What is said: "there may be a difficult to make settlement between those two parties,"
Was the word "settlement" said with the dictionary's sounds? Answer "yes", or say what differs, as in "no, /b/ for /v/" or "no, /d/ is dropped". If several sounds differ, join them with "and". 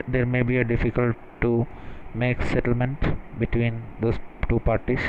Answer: yes